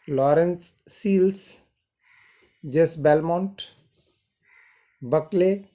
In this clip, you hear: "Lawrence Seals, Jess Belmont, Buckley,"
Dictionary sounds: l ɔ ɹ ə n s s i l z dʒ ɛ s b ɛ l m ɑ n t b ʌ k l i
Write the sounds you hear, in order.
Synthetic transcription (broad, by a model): l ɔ ɹ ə n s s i l s dʒ ɛ s b ɛ l m ɑ n t b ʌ k l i